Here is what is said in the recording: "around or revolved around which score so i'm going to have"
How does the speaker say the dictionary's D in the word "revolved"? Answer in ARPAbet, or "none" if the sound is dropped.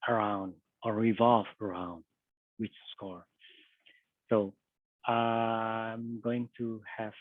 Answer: none